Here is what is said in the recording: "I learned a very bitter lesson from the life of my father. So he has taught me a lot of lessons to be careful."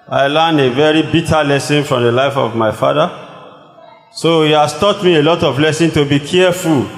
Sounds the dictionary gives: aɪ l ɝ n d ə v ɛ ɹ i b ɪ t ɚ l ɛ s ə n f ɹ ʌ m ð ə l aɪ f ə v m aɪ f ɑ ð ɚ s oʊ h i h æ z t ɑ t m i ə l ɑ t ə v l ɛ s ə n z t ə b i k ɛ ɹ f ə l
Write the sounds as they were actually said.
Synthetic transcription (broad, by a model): aɪ l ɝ n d ə v ɛ ɹ i b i t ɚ l ɛ s ə n f ɹ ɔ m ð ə l aɪ f ə v m aɪ f ɑ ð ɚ s oʊ h i h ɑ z t ɑ t m i ə l ɑ t ə v l ɛ s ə n t ə b i k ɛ f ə l